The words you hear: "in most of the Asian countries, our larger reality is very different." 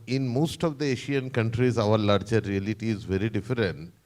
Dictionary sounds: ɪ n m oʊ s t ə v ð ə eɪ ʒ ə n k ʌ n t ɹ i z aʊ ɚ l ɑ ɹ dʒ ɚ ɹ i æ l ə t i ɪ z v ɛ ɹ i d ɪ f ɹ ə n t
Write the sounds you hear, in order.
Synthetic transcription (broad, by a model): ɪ n m oʊ s t ə v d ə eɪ ʃ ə n k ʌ n t ɹ i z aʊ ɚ l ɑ ɹ dʒ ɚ ɹ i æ l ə t i ɪ z v ɛ ɹ i d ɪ f ɹ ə n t